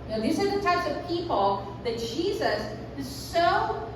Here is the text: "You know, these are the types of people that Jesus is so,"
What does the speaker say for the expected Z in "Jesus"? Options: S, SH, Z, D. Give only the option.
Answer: Z